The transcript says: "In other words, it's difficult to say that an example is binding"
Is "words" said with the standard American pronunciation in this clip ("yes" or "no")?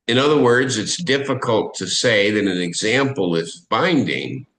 yes